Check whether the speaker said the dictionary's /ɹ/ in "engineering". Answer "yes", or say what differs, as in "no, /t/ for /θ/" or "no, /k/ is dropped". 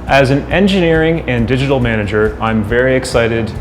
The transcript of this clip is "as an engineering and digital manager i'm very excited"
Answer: yes